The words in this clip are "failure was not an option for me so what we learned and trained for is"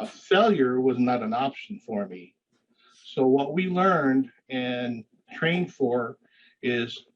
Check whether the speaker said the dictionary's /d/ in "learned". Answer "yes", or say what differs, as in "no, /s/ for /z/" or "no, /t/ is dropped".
yes